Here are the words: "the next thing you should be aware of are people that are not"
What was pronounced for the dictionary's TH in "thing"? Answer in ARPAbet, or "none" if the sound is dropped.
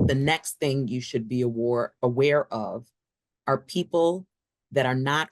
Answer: TH